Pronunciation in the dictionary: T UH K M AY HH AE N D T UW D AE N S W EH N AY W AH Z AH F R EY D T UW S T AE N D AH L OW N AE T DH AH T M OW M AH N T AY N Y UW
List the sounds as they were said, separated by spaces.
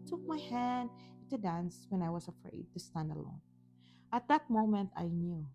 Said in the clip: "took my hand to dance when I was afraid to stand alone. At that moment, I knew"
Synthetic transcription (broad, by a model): T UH K M AY HH AE N D T UW D AE N S W EH N AY W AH S AH F R EY D T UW S T AE N D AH L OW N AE T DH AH T M OW M AH N T AY N Y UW